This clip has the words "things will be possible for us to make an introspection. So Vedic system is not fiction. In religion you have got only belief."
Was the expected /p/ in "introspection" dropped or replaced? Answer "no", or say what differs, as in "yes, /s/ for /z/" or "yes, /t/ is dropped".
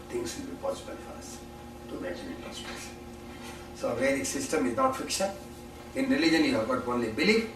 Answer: yes, /p/ is dropped